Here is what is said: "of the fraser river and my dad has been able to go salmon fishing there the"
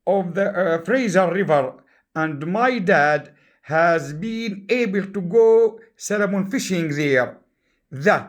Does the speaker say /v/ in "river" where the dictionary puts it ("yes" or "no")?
yes